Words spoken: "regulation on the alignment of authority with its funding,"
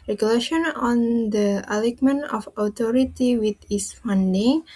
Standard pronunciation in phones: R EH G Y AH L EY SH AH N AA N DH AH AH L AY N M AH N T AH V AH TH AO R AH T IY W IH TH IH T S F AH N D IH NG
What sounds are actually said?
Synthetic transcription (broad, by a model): R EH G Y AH L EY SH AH N AA N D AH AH L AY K M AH N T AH F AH T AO R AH T IY W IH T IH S F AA N D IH NG